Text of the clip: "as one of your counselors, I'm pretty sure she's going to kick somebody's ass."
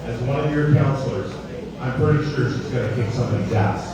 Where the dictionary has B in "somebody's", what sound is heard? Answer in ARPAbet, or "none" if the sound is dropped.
none